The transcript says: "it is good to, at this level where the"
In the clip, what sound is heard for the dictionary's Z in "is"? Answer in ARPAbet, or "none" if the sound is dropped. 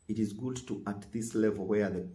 Z